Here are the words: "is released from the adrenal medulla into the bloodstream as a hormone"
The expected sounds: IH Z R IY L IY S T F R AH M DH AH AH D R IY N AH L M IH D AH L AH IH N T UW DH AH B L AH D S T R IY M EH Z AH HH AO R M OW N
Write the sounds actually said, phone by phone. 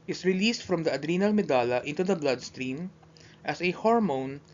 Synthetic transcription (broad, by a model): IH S R IY L IY S T F R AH M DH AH AH D R IY N AH L M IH D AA L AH IH N T UW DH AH B L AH D S T R IY M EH S AH HH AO R M OW N